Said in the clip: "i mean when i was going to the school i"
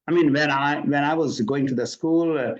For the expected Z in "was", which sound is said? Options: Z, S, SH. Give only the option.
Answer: Z